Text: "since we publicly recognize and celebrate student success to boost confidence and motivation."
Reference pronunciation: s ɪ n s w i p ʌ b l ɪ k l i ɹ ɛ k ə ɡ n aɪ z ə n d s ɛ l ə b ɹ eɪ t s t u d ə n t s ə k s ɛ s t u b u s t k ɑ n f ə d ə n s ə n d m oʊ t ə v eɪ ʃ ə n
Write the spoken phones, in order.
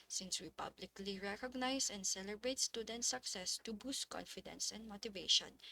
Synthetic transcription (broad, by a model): s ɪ n s w i p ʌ b l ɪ k l i ɹ ɛ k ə ɡ n aɪ s ə n d s ɛ l ə b ɹ eɪ t s t u d ə n t s ə k s ɛ s t u b u s t k ɑ n f ə d ə n s ə n d m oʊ t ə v eɪ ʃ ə n